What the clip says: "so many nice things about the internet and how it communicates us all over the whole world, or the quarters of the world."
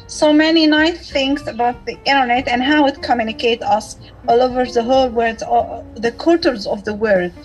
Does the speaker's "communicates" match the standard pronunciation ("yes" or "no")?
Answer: no